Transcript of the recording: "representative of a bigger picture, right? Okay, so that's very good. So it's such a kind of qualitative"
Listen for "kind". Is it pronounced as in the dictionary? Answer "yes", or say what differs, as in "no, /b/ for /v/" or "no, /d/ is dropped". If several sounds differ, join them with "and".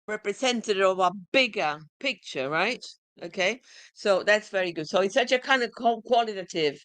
yes